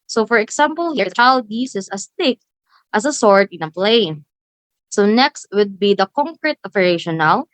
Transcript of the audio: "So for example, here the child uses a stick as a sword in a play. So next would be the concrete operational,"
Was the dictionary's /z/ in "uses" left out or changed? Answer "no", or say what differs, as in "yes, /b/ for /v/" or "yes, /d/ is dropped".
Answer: yes, /s/ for /z/